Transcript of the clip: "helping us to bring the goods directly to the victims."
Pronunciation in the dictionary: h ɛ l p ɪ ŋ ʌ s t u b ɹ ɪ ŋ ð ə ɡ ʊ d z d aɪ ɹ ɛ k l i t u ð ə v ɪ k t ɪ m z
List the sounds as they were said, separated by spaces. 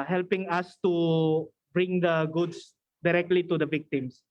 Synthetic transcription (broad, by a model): h ɛ l p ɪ ŋ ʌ s t u b ɹ ɪ ŋ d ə ɡ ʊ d s d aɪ ɹ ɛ k l i t u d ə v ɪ k t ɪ m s